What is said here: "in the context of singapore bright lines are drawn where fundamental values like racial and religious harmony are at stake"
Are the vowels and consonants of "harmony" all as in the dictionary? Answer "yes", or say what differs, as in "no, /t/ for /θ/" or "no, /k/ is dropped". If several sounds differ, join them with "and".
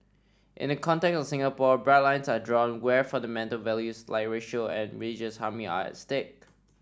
no, /n/ is dropped